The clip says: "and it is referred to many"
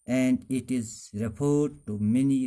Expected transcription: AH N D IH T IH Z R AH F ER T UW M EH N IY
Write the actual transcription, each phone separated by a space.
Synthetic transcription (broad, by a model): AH N D IH T IH Z R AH P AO T UW M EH N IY